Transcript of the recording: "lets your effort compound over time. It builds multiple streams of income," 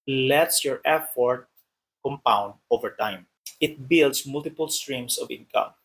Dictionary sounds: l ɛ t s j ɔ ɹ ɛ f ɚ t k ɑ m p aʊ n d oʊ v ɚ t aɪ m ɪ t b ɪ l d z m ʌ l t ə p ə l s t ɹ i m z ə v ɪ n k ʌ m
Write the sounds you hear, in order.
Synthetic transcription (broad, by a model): l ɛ t s j ɔ ɹ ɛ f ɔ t k ɑ m p aʊ n d oʊ v ɚ t aɪ m ɪ t b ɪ l d s m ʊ l t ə p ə l s t ɹ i m s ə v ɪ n k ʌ m